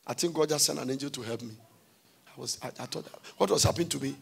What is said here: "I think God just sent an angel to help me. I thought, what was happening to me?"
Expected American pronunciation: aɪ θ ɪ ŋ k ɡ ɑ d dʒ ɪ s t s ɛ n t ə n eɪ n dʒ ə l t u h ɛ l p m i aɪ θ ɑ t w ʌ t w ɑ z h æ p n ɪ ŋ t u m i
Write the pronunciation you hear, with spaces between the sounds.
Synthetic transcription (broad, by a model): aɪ t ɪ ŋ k ɡ ɑ d dʒ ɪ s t s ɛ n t ə n eɪ n dʒ ə l t u h ɛ l p m i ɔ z ɑ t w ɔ t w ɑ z h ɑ p ɪ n t u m i